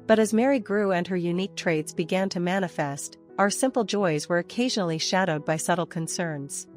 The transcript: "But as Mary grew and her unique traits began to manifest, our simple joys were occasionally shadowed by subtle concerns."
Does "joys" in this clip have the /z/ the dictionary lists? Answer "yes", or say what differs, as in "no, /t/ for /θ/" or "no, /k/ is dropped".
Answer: yes